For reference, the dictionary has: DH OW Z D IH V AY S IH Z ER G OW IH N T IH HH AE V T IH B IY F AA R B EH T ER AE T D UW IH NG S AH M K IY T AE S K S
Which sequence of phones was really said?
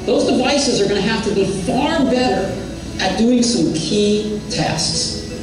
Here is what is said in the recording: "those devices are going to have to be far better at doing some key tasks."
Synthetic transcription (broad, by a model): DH OW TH D IH V AY S IH Z ER G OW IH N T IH HH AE F T IH B IY F AA R B EH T ER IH T D UW IH NG S AH M K IY T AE S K S